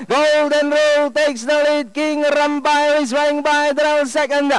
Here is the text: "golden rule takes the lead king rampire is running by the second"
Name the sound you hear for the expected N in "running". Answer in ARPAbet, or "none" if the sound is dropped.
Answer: none